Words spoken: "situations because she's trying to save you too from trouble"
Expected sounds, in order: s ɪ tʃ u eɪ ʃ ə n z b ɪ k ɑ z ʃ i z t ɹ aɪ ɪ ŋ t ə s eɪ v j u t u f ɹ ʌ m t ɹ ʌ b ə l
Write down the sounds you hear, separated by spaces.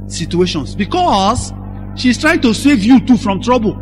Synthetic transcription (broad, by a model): s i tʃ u eɪ ʃ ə n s b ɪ k ɑ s ʃ i s t ɹ aɪ ɪ ŋ t ə s eɪ v j u t u f ɹ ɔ m t ɹ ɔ b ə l